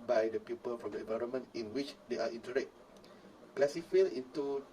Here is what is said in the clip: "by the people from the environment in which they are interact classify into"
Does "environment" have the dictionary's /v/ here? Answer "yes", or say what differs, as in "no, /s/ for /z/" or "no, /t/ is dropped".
yes